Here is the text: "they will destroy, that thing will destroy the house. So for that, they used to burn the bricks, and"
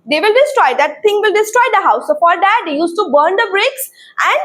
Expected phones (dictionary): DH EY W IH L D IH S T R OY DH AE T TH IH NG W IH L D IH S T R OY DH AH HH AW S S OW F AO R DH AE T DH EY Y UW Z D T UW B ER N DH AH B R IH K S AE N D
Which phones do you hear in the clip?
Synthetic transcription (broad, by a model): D EY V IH L D IH S T R OY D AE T T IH NG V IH L D IH S T R OY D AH HH AW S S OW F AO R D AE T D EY Y UW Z T UW B ER N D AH B R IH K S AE N D